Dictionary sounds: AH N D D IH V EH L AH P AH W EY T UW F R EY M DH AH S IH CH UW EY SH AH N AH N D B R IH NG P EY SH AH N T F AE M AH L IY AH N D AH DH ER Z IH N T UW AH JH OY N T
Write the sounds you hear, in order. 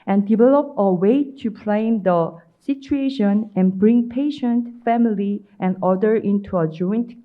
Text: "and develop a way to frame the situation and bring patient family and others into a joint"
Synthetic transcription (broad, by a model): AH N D D IH V EH L AH P AH W EY T UW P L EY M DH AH S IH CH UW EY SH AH N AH N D B R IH NG P EY SH AH N T F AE M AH L IY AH N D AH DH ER IH N T UW AH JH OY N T